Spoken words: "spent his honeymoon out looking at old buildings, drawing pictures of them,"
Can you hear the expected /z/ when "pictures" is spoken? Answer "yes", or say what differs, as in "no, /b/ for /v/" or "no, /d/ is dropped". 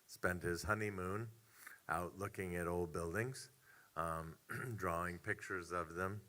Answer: yes